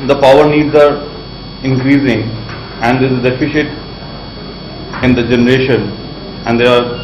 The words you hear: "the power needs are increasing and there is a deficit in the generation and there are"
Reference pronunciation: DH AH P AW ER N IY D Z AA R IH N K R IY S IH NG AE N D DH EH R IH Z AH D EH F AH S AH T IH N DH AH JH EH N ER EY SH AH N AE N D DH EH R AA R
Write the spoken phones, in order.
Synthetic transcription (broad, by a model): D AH P AW ER N IY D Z AA R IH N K R IY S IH NG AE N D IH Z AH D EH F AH SH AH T IH N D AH JH EH N ER EY SH AH N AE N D EH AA R